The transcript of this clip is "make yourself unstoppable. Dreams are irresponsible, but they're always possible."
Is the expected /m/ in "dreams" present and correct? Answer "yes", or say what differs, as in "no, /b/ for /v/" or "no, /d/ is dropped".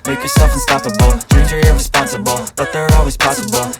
no, /m/ is dropped